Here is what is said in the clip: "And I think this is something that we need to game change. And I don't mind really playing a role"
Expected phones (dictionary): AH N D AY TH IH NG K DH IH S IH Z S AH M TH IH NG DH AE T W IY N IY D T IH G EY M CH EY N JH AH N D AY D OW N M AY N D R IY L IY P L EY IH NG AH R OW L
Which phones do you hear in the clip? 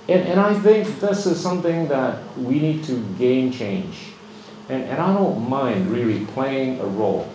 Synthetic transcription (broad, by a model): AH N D AY TH IH NG K DH IH S IH Z S AH M TH IH NG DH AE T W IY N IY D T IH G EY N CH EY N JH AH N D AY D OW N M AY N D R IY L IY P L EY IH NG AH R OW L